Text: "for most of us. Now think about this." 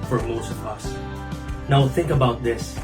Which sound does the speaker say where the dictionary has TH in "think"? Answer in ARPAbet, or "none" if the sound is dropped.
TH